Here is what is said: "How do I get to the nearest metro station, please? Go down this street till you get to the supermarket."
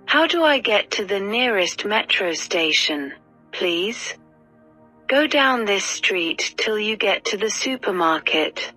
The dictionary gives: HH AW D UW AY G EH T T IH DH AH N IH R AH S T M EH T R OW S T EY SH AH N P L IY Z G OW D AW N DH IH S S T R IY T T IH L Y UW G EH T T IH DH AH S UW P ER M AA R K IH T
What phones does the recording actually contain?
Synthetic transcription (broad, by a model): HH AW D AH AY G EH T T IH DH AH N IH R AH S T M EH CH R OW S T EY SH AH N P L IY Z G OW D AW N DH IH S S T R IY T T IH L Y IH G EH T T IH DH AH S UW P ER M AA R K IH T